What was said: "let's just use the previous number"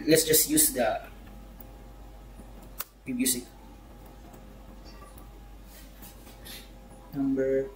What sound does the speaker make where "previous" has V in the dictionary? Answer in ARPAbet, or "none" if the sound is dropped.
B